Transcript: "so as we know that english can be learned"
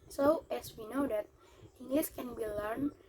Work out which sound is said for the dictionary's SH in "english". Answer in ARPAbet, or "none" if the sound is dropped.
S